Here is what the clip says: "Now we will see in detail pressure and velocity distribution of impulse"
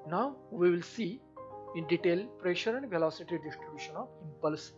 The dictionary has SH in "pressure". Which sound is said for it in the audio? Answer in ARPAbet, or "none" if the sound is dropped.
SH